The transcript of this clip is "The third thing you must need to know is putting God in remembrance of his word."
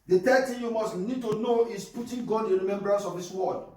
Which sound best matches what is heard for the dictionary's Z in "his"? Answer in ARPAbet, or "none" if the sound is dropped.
S